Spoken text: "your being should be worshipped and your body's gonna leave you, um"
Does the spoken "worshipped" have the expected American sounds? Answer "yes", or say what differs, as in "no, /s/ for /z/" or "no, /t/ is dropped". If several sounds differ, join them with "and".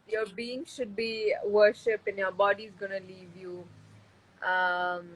no, /t/ is dropped